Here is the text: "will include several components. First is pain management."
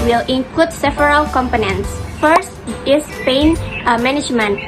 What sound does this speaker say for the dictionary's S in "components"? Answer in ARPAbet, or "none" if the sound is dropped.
S